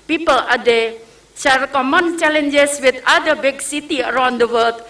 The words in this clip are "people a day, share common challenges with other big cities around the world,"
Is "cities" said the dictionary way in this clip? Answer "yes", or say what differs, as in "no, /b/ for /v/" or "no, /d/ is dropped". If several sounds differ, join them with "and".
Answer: no, /z/ is dropped